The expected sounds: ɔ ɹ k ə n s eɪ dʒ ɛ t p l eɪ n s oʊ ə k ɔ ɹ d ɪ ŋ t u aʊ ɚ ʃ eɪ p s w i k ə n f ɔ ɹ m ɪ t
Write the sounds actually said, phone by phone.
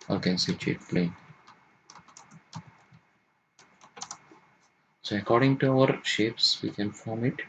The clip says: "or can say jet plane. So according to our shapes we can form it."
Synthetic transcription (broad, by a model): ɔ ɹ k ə n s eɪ tʃ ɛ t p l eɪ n s oʊ ə k ɔ ɹ d ɪ ŋ t u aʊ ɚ ʃ eɪ p s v i k ə n f ɔ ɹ m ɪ t